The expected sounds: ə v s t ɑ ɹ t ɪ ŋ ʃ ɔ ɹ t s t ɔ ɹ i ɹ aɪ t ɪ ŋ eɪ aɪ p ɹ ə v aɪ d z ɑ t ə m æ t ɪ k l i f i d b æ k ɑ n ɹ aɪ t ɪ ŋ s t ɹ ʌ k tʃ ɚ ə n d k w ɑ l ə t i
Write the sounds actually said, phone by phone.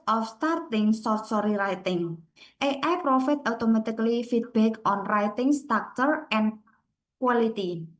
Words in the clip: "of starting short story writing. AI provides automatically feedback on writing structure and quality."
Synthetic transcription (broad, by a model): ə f s t ɑ ɹ t ɪ ŋ s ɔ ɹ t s ɔ ɹ i ɹ aɪ t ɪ ŋ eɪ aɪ p ɹ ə f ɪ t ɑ t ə m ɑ t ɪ k l i f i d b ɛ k ɑ n ɹ aɪ t ɪ ŋ s t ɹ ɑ k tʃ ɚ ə n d k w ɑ l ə t i